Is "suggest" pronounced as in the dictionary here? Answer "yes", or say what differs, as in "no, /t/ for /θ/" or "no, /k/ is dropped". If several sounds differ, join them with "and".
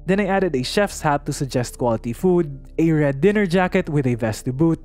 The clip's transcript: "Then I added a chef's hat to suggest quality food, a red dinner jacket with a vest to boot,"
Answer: yes